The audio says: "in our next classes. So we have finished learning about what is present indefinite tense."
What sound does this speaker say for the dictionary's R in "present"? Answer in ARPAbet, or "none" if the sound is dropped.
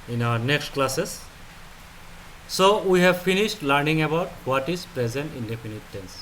R